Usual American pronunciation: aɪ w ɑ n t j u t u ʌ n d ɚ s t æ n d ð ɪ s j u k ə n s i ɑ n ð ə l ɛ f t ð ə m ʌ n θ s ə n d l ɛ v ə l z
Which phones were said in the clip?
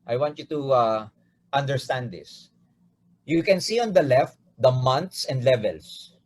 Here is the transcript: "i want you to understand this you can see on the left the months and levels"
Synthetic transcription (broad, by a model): aɪ w ɑ n t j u t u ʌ n d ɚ s t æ n d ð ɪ s j u k ə n s i ɑ n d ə l ɛ f t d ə m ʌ n t s ə n d l ɛ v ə l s